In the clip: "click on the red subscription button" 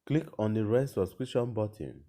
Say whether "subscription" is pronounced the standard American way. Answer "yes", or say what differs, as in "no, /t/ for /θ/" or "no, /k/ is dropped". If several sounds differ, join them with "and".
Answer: no, /b/ is dropped and /p/ is dropped